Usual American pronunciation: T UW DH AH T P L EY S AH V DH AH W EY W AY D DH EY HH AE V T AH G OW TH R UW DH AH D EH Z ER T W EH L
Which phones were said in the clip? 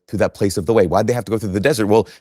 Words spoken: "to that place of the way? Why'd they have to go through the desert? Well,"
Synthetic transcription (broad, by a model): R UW DH AH T P L EY S AH V DH AH W EY W AY D DH EY HH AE F T AH G OW TH R UW DH AH D EH Z ER T W EH L